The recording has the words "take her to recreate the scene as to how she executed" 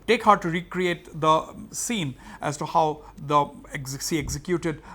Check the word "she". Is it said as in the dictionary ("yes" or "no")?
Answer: no